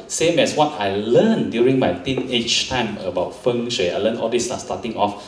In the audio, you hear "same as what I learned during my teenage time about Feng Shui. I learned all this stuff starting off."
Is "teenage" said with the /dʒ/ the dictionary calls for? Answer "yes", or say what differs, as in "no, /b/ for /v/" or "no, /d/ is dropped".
no, /tʃ/ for /dʒ/